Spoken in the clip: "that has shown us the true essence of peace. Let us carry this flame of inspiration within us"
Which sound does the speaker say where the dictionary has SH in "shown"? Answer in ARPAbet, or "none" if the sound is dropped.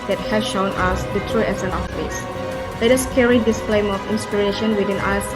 SH